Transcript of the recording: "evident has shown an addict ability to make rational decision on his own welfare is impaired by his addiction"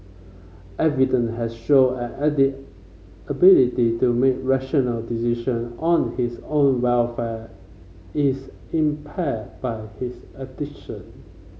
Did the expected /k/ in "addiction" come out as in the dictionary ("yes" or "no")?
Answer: no